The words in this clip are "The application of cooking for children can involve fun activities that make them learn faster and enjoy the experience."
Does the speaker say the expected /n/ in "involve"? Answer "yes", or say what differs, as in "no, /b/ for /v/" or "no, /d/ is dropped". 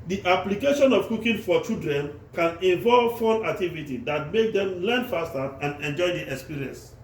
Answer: no, /n/ is dropped